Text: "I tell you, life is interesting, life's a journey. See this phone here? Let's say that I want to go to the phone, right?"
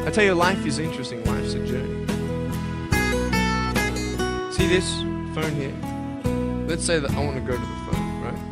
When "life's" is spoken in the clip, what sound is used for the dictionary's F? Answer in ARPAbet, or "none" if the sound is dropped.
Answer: none